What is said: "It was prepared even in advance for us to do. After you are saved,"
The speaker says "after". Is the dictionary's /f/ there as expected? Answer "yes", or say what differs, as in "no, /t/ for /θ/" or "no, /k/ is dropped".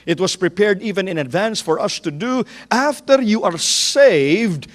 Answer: yes